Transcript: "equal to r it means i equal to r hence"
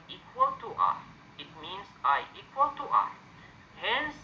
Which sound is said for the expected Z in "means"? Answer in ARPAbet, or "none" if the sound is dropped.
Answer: S